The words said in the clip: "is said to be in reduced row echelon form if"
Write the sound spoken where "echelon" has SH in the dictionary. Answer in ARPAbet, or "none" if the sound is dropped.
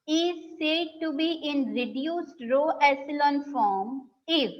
S